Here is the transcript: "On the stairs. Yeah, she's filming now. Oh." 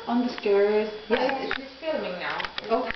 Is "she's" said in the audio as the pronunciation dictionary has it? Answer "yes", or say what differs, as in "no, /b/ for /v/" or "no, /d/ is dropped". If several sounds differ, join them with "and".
no, /s/ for /ʃ/